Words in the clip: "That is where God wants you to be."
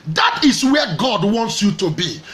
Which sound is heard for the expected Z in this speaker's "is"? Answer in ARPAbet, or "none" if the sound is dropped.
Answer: S